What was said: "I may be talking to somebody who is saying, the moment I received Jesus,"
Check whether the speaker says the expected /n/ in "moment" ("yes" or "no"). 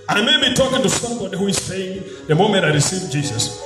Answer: no